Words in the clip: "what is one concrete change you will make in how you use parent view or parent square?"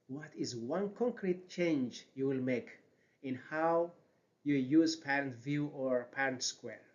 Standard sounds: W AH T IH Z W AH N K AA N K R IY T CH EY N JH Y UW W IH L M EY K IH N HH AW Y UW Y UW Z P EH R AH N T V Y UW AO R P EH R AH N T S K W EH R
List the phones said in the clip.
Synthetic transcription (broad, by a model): W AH T IH Z W AH N K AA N K R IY T CH EY N JH Y UW W IH L M EY K IH N HH AW Y UW Y UW Z P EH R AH N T V Y UW AO R P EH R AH N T S K W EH R